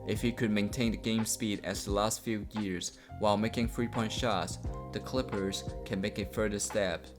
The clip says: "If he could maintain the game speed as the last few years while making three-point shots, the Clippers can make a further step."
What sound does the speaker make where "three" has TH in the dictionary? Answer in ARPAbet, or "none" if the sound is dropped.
F